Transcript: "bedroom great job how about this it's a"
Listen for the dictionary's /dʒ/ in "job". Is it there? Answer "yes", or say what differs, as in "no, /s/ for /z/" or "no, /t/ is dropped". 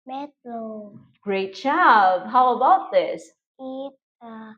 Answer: no, /tʃ/ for /dʒ/